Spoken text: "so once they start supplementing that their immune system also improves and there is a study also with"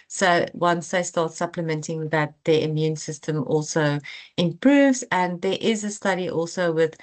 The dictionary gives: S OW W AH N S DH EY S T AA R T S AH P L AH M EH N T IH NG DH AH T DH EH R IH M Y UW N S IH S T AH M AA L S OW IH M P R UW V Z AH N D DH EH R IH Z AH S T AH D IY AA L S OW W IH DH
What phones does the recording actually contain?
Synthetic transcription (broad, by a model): S OW W AH N S DH EY S T AA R T S AH P L AH M EH N T IH NG DH AH T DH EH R IH M Y UW N S IH S T AH M AA L S OW IH M P R UW V Z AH N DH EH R IH Z AH S T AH D IY AA L S OW W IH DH